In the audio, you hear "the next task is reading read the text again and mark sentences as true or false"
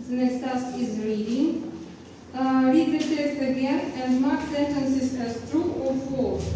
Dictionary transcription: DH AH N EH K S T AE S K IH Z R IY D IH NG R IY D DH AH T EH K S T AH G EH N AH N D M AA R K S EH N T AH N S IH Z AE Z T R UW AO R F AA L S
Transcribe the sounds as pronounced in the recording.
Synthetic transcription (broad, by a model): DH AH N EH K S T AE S IH Z R IY D IH NG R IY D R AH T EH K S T AH G EH N AH N D M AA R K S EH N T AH N S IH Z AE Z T R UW AO R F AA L